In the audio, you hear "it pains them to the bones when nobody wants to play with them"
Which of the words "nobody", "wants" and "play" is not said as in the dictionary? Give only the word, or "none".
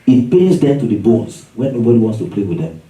none